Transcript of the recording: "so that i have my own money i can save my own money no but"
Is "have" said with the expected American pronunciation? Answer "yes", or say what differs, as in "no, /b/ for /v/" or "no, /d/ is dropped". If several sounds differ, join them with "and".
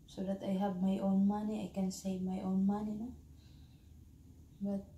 no, /b/ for /v/